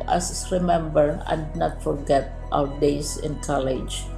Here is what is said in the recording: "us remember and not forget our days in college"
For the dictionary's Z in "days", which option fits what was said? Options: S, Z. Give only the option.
S